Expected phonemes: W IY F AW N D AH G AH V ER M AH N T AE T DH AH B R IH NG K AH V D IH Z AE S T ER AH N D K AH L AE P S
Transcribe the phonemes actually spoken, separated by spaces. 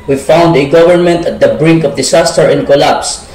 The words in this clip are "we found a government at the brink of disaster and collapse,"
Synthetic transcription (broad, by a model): W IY F AW N D AH G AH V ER M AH N T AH T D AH B R IH NG K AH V D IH S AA S T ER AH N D K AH L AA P S